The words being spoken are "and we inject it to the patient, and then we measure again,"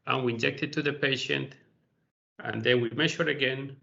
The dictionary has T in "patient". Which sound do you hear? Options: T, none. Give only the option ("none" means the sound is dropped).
T